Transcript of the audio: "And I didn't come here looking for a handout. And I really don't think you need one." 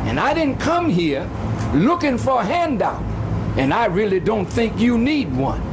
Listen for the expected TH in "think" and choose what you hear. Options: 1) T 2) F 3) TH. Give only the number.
3